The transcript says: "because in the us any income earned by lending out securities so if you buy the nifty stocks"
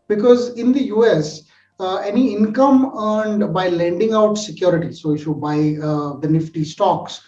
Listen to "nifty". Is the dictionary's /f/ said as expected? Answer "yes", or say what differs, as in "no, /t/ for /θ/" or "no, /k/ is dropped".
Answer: yes